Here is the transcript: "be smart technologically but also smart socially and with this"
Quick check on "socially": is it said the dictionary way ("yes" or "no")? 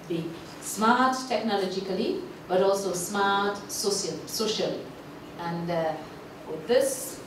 yes